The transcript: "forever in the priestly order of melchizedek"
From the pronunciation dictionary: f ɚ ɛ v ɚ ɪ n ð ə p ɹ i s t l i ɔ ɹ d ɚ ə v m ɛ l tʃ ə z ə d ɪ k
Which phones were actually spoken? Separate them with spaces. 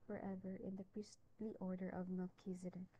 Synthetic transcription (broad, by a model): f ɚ ɛ v ɚ ɪ n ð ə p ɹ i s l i ɔ ɹ d ɚ ə v m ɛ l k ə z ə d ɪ